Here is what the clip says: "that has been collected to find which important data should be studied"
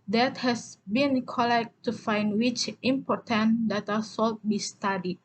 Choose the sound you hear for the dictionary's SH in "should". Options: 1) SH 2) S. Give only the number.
2